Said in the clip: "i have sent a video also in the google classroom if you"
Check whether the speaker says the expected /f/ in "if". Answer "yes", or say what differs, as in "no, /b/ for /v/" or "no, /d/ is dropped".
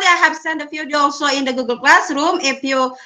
no, /p/ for /f/